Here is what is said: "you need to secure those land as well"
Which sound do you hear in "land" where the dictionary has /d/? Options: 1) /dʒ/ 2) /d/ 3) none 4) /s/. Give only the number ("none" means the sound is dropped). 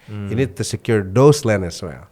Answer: 3